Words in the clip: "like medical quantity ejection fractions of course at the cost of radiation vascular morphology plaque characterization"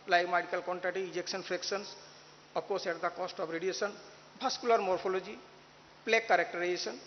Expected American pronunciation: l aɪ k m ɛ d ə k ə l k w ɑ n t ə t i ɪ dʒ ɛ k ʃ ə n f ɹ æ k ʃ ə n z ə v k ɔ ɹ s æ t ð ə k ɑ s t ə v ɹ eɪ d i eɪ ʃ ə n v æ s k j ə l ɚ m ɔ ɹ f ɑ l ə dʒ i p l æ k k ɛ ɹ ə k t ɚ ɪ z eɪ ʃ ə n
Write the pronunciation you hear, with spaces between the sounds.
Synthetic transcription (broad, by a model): l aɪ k m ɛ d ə k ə l k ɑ n t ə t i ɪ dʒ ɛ k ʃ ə n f ɹ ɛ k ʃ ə n s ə p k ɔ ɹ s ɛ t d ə k ɑ s t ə b ɹ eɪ d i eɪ s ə n b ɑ s k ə l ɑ m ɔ ɹ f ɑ l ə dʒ i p l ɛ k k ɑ ɹ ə k t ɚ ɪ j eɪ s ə n